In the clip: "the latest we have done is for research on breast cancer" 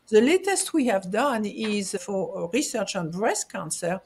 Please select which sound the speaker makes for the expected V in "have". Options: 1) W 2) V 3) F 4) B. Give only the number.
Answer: 2